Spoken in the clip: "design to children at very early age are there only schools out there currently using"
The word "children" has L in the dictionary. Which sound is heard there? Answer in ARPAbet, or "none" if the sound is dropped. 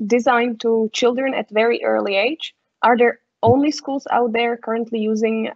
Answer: L